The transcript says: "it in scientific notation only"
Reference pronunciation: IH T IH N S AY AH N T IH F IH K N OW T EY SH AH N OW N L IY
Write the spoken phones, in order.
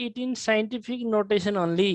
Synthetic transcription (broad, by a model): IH T IH N S AY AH N T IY P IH K N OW T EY S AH N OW N L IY